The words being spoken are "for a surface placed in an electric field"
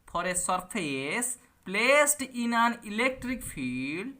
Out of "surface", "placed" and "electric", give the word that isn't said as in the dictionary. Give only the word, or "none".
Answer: surface